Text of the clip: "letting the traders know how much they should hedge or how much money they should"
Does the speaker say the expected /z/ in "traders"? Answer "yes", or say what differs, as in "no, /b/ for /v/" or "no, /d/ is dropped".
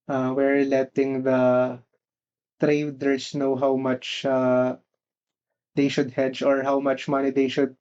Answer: no, /s/ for /z/